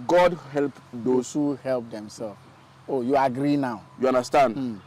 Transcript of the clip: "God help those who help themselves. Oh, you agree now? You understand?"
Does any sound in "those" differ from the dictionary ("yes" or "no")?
yes